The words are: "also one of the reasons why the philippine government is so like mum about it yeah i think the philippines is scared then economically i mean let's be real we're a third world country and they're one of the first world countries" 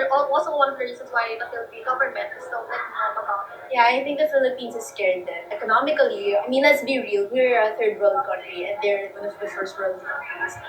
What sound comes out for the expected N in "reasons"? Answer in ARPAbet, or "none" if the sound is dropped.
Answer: none